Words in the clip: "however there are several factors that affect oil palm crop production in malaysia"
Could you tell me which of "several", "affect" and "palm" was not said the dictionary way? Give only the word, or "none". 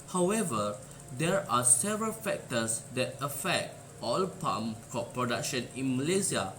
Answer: none